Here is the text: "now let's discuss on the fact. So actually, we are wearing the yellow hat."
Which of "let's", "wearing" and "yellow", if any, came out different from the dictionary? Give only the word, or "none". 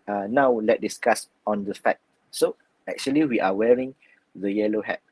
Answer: let's